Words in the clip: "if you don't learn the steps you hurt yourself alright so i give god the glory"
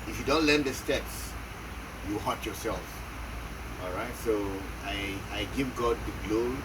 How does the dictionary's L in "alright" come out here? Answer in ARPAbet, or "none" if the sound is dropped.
L